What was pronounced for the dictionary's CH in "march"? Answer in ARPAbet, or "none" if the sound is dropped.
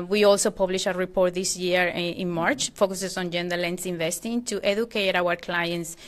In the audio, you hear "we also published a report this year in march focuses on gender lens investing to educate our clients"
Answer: CH